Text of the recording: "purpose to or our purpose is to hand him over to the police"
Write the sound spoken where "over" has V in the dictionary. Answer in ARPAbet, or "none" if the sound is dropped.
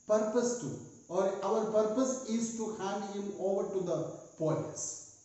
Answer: V